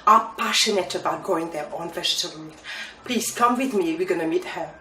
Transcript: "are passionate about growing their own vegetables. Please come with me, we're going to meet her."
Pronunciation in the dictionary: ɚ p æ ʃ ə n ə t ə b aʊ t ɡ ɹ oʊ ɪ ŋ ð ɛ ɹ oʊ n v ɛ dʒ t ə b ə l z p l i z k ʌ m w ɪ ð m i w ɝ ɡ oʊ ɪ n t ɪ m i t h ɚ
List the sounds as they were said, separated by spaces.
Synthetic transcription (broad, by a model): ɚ p æ ʃ ə n ə t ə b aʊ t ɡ oʊ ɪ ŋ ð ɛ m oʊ n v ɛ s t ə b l p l i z k ʌ m w ɪ ð m i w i ɡ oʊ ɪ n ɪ m i t h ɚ